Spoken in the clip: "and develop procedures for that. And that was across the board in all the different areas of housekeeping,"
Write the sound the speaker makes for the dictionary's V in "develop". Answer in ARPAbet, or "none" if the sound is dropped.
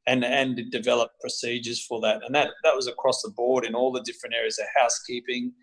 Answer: V